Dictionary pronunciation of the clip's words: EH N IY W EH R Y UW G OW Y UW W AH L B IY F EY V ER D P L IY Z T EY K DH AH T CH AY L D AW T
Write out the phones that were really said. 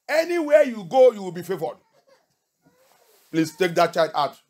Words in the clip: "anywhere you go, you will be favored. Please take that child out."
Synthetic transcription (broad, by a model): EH N IY W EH Y UW G OW Y UW W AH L B IY F EY V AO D P L IY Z T EY K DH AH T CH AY D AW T